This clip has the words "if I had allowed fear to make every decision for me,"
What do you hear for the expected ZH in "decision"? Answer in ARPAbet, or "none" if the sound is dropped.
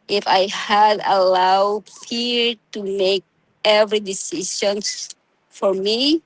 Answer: S